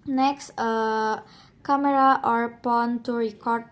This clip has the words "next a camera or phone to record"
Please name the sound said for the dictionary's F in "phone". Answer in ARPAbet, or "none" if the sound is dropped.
P